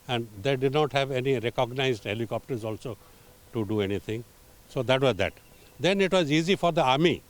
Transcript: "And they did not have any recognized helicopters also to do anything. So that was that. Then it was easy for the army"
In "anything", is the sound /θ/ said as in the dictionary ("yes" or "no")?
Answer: no